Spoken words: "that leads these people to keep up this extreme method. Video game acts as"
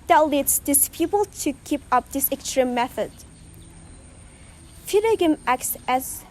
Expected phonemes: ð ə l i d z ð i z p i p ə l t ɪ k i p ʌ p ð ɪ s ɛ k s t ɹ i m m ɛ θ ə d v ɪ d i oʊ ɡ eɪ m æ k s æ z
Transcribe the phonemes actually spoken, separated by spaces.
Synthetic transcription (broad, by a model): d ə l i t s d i s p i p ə l t ɪ k i p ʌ p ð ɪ s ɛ k s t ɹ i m m ɛ θ ə d f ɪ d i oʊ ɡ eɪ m æ k s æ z